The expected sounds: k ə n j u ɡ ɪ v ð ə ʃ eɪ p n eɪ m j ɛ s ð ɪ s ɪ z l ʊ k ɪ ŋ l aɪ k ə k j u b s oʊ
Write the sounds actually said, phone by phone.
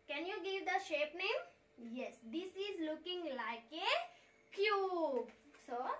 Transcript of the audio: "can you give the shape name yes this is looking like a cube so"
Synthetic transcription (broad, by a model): k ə n j u ɡ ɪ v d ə ʃ eɪ p n eɪ m j ɛ s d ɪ s ɪ z l ʊ k ɪ ŋ l aɪ k ə k j u b s oʊ